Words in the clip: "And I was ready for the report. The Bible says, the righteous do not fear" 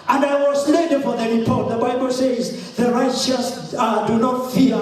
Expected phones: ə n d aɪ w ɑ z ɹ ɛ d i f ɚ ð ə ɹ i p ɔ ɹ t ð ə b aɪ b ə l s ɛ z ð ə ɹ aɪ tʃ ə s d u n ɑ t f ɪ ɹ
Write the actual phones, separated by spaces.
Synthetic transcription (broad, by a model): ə n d aɪ w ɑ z l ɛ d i f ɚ ð ə ɹ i p ɔ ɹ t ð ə b aɪ b ə l s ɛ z ð ə ɹ aɪ tʃ ə s d u n ɑ t f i